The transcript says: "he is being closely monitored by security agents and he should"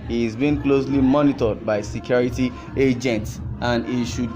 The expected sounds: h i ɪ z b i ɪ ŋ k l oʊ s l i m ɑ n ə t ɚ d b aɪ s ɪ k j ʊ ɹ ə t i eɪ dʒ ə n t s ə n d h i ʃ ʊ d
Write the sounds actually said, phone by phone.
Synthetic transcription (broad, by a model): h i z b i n k l oʊ s l i m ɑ n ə t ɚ d b aɪ s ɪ k j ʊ ɹ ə t i eɪ dʒ ə n t s ə n d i ʃ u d